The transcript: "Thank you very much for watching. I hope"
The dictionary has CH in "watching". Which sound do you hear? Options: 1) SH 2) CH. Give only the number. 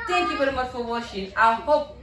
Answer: 1